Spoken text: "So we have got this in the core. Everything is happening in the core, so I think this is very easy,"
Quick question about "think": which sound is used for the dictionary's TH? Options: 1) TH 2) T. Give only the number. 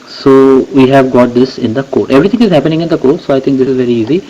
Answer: 2